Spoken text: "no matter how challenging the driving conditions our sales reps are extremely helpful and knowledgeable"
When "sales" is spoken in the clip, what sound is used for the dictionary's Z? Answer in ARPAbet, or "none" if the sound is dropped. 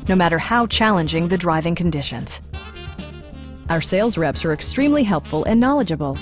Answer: Z